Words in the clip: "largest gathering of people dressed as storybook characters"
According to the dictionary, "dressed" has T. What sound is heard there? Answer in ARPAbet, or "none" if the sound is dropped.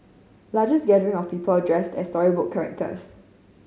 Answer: T